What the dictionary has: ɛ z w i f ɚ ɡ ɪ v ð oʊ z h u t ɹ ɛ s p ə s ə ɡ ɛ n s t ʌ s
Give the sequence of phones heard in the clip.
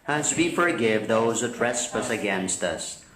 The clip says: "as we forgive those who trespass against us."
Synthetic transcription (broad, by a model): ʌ z w i f ɚ ɡ ɪ v ð oʊ z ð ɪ t ɹ ɛ s p ə s ə ɡ ɛ n s t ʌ s